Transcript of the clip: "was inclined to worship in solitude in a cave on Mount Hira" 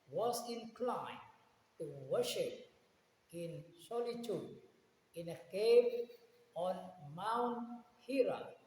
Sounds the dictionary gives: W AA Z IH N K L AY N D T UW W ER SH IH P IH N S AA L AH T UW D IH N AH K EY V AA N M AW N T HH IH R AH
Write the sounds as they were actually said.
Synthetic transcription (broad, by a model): W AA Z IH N K L AY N T UW W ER SH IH P IH N S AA L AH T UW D IH N AH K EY P AA N M AW N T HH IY R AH